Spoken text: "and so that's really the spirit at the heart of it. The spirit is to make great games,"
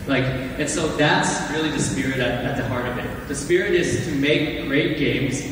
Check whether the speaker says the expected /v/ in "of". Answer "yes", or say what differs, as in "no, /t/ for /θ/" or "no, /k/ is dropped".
yes